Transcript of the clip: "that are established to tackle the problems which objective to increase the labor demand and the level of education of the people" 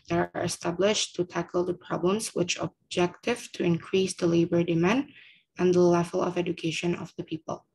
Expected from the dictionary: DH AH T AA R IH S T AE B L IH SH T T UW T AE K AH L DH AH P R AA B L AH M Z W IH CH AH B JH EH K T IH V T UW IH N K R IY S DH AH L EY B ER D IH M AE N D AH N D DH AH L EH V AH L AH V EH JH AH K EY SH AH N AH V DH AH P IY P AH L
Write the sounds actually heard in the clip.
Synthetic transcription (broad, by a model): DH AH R AA R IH S T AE B L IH SH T T UW T AE K AH L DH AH P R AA B L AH M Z W IH CH AH B JH EH K T IH V T UW IH N K R IY S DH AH L EY B ER D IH M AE N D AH N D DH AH L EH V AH L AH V EH JH AH K EY SH AH N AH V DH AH P IY P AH L